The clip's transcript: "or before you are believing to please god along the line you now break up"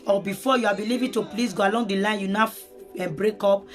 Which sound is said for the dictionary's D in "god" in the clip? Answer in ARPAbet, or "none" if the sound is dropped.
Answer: none